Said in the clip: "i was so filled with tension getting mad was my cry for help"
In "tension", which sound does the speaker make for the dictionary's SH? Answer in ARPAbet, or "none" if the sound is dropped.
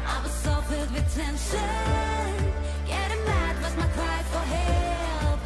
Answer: SH